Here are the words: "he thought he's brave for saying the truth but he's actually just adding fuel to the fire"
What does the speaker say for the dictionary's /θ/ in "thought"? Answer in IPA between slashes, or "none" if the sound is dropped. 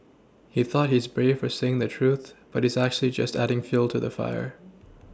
/θ/